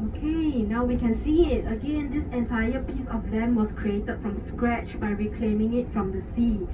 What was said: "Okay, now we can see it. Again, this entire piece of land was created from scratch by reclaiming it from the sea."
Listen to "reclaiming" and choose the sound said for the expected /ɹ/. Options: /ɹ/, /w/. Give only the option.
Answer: /ɹ/